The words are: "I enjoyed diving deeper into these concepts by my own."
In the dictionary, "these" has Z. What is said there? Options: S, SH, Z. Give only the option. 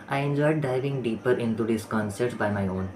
S